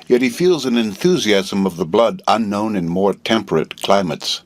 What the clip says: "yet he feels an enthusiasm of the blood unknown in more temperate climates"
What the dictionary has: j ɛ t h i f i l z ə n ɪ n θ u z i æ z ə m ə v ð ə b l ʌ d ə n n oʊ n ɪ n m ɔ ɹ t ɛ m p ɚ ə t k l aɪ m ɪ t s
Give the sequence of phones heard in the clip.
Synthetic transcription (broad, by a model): j ɛ t h i f i l z ə n ɪ n θ u z i æ z ə m ə v ð ə b l ʌ d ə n n oʊ n ɪ n m ɔ ɹ t ɛ m p ɚ ə t k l aɪ m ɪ t s